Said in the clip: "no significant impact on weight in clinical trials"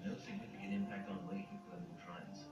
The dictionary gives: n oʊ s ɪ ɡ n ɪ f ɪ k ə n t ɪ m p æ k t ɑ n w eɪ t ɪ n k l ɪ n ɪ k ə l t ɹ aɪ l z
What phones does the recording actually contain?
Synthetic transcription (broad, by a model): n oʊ s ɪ ɡ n ɪ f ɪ k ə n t ɪ m p æ k t n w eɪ ɪ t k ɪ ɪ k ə n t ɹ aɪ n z